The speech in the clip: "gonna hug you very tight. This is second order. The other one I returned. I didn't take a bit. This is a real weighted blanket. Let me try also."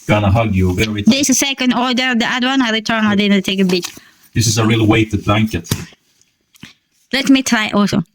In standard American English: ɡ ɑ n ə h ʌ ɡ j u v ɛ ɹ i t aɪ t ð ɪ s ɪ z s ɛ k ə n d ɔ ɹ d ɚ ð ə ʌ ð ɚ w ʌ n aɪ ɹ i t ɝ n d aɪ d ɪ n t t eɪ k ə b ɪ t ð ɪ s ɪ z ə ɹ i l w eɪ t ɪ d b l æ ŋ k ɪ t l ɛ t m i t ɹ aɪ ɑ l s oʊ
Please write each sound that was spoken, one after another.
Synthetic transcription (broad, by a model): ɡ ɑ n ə h ʌ ɡ j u v ɛ ɹ i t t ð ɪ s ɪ s ɛ k ə n d ɔ ɹ d ɚ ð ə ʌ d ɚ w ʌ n aɪ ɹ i t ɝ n aɪ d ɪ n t t eɪ k ə b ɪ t ð ɪ s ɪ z ə ɹ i l w eɪ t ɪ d b l æ ŋ k ɪ t l ɛ t m i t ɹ aɪ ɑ l s oʊ